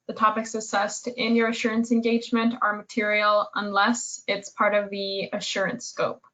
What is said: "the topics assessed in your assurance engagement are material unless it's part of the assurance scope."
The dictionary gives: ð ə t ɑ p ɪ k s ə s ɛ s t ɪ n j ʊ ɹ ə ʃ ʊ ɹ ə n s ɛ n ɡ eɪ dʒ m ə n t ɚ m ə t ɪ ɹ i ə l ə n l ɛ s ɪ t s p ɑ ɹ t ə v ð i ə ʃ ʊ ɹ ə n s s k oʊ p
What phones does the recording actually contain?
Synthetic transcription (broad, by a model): ð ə t ɑ p ɪ k s ə s ɛ s t ɪ n j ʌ ɹ ə ʃ ʊ ɹ ə n s ɛ n ɡ eɪ dʒ m ə n t ɚ m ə t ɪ ɹ i l ə n l ɛ s ɪ t s p ɑ ɹ t ə v ð i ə ʃ ʊ ɹ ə n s s k oʊ p